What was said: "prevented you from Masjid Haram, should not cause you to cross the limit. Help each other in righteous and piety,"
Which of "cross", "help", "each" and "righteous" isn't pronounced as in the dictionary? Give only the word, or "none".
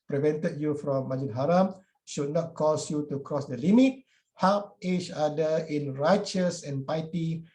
help